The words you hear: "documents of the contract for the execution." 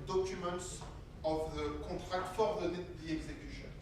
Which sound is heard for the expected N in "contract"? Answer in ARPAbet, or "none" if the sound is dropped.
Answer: none